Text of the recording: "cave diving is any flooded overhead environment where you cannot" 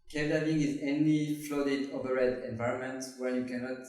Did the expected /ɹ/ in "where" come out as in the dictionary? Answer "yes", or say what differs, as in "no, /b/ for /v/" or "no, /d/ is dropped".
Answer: no, /l/ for /ɹ/